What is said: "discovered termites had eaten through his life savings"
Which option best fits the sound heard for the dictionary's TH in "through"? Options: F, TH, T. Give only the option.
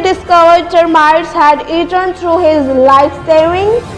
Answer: T